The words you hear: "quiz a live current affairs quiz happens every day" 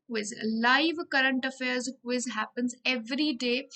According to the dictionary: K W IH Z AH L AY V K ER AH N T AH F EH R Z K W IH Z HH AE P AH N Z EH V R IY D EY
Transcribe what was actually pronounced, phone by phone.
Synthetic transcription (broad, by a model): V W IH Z L AY V K ER AH N T AH F EH R Z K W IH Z HH AE P AH N Z EH V R IY D EY